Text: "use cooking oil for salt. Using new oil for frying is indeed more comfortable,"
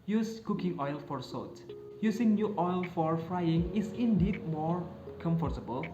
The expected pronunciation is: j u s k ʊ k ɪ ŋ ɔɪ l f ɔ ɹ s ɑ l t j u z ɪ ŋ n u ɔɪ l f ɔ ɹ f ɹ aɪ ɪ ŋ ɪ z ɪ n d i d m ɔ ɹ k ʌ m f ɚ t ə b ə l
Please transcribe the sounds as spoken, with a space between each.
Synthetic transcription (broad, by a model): j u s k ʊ k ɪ ŋ ɔɪ l f ɔ ɹ s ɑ t j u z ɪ ŋ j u ɔɪ l f ɔ ɹ f ɹ aɪ ɪ ŋ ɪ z ɪ n d i d m ɔ ɹ k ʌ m f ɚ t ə b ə l